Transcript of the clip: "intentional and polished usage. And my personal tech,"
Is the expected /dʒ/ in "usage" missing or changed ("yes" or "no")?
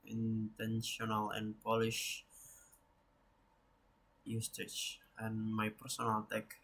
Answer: yes